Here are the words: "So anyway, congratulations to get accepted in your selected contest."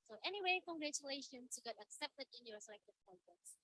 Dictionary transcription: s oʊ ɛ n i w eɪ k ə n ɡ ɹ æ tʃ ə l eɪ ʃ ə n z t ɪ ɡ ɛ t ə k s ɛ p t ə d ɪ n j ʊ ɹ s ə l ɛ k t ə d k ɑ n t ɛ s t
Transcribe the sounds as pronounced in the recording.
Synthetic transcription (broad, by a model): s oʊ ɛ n i w eɪ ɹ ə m ɡ ɹ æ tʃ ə l eɪ ʃ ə n t ɪ ɡ ɛ t ə k s ɛ p t ə d ɪ n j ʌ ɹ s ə ɪ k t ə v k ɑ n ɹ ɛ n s